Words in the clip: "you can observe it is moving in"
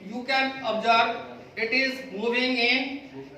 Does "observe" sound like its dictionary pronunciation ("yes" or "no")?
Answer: no